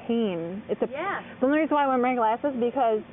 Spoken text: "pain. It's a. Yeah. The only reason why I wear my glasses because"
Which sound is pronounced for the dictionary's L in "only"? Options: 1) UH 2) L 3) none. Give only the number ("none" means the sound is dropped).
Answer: 3